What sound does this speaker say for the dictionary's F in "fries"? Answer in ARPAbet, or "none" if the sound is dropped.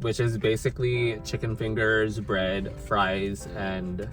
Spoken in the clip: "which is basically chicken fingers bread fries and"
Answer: F